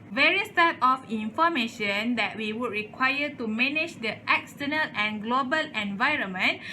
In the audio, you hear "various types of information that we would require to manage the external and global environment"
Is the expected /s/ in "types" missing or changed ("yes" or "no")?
yes